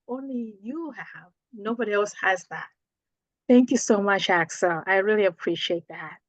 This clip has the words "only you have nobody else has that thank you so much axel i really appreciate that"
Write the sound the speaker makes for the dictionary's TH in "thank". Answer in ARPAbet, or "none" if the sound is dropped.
TH